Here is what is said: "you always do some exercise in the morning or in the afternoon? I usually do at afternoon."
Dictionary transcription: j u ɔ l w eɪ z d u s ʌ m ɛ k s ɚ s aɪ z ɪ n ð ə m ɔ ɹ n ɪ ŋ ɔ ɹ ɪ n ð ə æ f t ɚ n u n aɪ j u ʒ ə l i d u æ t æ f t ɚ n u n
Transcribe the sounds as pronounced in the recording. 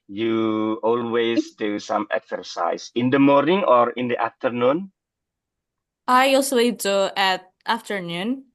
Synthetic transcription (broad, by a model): j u ɔ l w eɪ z d u s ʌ m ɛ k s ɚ s aɪ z ɪ n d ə m ɔ ɹ n ɪ ŋ ɔ ɹ ɪ n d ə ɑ f t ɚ n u n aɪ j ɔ s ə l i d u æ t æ f t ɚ n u n